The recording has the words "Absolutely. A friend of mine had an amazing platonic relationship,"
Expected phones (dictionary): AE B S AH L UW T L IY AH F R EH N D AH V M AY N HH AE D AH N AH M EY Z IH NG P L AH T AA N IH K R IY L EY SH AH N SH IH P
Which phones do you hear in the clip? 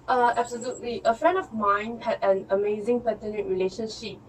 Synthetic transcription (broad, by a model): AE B S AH L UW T L IY AH F R EH N D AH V M AY N HH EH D AH N AH M EY Z IH NG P AH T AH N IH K R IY L EY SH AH N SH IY P